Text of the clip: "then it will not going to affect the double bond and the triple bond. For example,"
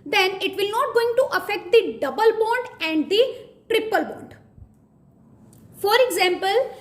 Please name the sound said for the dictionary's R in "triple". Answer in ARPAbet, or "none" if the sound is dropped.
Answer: R